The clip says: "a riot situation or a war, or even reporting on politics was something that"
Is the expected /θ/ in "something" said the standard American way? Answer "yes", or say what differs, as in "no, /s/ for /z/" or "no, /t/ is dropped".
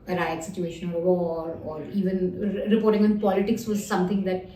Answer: no, /t/ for /θ/